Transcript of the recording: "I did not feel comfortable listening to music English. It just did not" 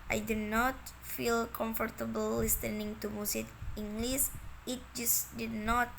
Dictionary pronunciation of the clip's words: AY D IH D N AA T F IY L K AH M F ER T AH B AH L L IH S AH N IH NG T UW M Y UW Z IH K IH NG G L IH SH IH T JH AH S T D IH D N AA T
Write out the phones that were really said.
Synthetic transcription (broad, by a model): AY D IH D N AA T F IY L K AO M F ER T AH B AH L L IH S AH N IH NG T UW M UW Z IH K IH NG G L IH S IH T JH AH S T D IH D N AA T